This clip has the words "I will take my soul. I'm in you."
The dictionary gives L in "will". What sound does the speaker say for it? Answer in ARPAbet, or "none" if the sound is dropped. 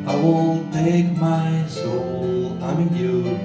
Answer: N